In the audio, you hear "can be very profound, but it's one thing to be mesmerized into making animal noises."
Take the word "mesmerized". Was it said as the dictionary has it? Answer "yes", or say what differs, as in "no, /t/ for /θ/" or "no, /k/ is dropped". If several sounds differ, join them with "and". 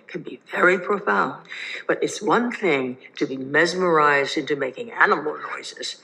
yes